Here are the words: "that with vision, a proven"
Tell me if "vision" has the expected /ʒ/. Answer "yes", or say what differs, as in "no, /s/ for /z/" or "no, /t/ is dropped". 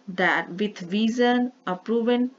no, /z/ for /ʒ/